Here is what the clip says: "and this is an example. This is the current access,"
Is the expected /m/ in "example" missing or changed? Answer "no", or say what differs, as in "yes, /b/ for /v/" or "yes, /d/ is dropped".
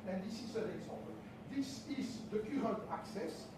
yes, /m/ is dropped